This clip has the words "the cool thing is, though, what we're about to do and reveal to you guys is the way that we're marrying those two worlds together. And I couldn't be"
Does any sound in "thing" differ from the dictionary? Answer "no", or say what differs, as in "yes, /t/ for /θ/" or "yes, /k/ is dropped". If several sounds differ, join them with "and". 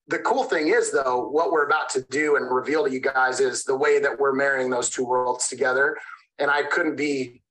no